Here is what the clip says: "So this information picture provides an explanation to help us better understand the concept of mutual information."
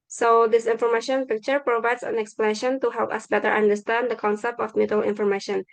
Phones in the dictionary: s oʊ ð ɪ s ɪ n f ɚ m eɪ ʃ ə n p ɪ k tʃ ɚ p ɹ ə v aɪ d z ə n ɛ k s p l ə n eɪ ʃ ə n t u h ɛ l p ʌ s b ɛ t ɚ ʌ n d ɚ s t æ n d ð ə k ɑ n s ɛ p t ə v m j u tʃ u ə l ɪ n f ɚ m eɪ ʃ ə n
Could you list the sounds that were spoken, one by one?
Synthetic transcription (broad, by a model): s oʊ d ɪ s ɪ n f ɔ m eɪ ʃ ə n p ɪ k tʃ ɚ p ɹ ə v aɪ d s ə n ɛ k s p l ə n eɪ ʃ ə n t u h ɛ l p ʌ s b ɛ t ɚ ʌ n d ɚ s t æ n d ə k ɑ n s ɛ p t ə f m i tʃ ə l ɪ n f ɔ m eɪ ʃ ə n